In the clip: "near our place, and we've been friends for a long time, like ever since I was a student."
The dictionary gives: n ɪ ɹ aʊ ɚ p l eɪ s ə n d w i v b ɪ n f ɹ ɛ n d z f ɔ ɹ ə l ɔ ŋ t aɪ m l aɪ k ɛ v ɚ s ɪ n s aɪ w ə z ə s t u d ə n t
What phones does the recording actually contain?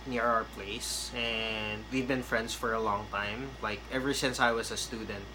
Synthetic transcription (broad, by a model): n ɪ ɹ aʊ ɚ p l eɪ s ə n d w i v b ɪ n f ɹ ɛ n d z f ɔ ɹ ə l ɔ ŋ t aɪ m l aɪ k ɛ v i s ɪ n s aɪ w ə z ə s t u d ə n t